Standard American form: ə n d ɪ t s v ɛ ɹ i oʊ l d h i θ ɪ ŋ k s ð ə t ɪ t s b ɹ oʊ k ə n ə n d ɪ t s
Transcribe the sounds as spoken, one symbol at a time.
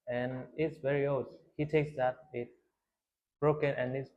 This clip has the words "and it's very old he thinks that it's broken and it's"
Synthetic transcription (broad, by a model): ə n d ɪ t s v ɛ ɹ i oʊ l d h i t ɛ k s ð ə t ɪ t b ɹ oʊ k ə n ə n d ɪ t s